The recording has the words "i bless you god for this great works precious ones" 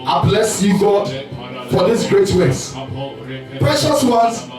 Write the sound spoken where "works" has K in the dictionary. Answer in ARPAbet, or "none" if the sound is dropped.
none